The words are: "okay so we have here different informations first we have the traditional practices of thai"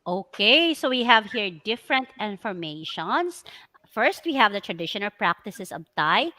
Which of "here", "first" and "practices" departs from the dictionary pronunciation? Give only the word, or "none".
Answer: practices